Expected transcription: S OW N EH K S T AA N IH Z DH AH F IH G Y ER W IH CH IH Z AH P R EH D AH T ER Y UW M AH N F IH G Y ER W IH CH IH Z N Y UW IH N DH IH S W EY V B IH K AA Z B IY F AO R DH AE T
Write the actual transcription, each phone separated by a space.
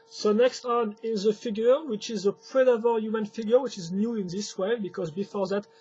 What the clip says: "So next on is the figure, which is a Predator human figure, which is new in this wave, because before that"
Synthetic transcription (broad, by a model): S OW N EH K S T AA N IH Z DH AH F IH G Y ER W IH CH IH Z AH P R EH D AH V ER Y UW M AH N F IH G Y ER W IH CH IH Z N Y UW IH N DH IH S W EY B IH K AA Z B IY F AO R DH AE T